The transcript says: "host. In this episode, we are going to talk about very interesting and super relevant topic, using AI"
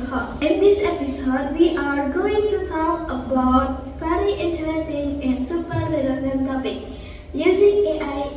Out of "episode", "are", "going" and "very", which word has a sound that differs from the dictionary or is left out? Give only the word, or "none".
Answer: very